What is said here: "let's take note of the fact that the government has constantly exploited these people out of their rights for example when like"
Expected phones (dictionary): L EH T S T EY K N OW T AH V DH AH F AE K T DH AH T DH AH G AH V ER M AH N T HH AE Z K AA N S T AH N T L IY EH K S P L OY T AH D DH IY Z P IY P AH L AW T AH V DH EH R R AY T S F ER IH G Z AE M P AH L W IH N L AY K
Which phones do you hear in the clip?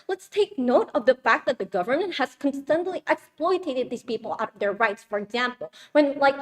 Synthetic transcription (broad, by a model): L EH T S T EY K N OW T AH V DH AH F AE K T DH AH T DH AH G AH V ER M AH N T HH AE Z K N S T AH N T L IY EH K S P L OY T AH D DH IY Z P IY P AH L AW T AH V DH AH R R AY T S F ER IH G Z AE M P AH L W IH N L AY K